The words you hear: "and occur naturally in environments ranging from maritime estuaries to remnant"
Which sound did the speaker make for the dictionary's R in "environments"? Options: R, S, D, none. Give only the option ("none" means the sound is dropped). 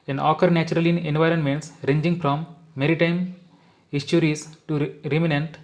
R